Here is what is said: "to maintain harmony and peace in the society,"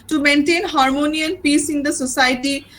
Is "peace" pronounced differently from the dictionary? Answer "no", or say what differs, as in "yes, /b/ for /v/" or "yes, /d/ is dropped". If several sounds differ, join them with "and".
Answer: no